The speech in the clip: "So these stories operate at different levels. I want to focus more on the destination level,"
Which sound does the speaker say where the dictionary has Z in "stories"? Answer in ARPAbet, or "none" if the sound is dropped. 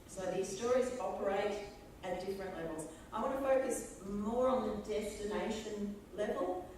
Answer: Z